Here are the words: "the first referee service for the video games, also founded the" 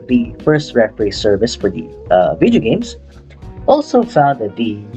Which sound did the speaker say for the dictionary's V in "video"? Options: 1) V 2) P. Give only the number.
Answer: 1